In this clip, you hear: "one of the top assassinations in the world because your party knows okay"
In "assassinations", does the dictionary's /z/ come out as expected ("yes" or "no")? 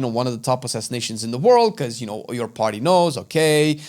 yes